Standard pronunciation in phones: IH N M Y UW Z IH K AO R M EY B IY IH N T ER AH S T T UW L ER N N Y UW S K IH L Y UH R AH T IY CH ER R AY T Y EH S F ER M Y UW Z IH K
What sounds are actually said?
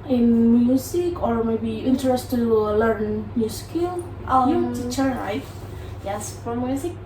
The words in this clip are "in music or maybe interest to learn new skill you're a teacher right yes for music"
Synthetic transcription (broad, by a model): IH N M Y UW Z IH K AO R M EY B IY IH N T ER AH S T T UW L ER N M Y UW S K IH L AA AH T IY CH ER L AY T Y EH S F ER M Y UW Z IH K